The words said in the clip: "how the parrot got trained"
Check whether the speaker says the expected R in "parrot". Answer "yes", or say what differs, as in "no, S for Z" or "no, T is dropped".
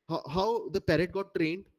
yes